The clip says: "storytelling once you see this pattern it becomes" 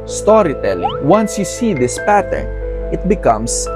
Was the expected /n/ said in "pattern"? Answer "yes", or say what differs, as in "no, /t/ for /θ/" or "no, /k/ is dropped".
yes